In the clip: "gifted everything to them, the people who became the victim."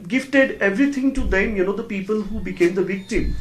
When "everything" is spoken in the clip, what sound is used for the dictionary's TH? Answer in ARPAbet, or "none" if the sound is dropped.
T